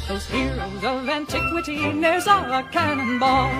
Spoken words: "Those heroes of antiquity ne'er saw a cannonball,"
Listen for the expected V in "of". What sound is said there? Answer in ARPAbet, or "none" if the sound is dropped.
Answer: V